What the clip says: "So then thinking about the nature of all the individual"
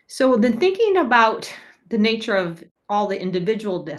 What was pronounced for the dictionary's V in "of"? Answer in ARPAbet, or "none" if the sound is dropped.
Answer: V